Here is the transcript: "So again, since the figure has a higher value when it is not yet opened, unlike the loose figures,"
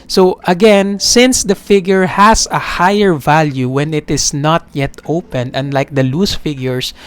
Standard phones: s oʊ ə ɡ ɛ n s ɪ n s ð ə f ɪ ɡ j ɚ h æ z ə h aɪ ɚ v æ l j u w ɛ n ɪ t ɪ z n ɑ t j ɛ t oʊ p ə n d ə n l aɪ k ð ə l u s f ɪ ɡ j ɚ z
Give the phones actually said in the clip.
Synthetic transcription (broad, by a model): s oʊ ə ɡ ɛ n s ɪ n s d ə f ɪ ɡ j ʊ h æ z ə h aɪ ɚ v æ l j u w ɛ n ɪ t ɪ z n ɑ t j ɛ t oʊ p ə n ə n l aɪ k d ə l u s f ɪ ɡ j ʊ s